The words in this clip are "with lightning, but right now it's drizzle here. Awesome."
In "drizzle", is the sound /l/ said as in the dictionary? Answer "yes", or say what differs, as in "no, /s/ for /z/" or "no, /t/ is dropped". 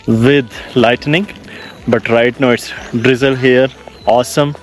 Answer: yes